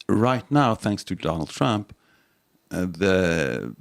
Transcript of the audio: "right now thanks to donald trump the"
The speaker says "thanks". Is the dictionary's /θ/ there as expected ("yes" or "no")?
yes